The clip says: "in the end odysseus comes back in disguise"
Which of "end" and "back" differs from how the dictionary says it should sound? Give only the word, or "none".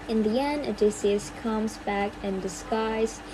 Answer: end